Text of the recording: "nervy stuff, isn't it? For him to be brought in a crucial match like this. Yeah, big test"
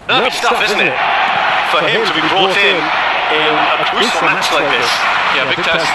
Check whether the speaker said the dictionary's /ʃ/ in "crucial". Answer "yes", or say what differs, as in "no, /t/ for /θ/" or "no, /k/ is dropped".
no, /s/ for /ʃ/